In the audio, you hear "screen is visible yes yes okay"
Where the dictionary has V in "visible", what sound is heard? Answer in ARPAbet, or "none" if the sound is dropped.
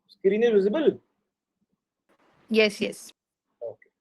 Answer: W